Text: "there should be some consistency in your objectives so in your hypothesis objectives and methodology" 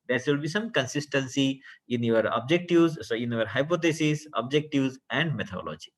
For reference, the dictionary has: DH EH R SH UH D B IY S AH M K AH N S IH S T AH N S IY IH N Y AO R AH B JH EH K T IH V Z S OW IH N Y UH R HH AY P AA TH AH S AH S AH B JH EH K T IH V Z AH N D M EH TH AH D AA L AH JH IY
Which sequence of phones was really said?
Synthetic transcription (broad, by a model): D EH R S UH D B IY S AH M K AH N S IH S T AH N S IY IH N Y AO R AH B JH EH K T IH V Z S OW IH N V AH R HH AY P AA T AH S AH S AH B JH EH K T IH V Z AH N D M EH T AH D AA L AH JH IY